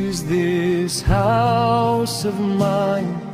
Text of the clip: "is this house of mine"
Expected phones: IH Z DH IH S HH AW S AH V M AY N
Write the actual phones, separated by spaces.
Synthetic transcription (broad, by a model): Z DH IH S HH AW S AH V M AY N